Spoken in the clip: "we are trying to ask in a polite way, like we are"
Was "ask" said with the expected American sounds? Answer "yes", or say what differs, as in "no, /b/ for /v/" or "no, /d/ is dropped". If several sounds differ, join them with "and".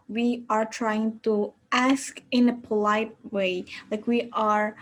yes